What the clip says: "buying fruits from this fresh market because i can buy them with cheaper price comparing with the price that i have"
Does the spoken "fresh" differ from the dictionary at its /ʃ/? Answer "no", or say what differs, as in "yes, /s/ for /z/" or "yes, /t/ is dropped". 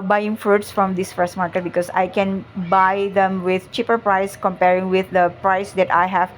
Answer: yes, /s/ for /ʃ/